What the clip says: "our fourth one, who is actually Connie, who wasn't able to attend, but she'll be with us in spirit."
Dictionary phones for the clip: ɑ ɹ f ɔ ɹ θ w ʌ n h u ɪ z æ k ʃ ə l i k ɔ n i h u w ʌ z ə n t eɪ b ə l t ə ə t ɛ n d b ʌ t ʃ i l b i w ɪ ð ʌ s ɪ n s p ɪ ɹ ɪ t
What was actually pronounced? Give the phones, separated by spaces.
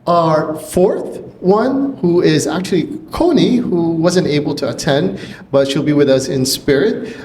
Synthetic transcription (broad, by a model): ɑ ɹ f ɔ ɹ θ w ʌ n h u ɪ z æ k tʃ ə l i k ɔ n i h u w ʌ z ə n t eɪ b l t ə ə t ɛ n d b ʌ t ʃ i l b i w ɪ ð ʌ s ɪ n s p ɪ ɹ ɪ t